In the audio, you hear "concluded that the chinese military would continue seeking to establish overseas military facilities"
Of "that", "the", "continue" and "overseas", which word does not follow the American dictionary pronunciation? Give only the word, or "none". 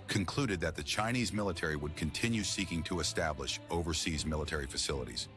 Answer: none